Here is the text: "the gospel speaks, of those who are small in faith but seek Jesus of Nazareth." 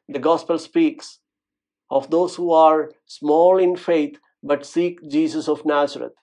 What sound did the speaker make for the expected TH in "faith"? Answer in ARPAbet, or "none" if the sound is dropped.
T